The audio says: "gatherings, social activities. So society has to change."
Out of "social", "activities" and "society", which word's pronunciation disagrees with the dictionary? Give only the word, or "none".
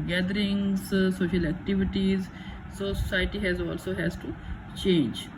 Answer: society